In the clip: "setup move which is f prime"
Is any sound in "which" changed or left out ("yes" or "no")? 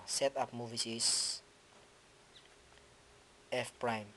yes